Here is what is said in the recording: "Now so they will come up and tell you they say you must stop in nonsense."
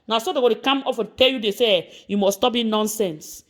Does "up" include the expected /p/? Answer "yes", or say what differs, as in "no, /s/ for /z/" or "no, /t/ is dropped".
no, /f/ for /p/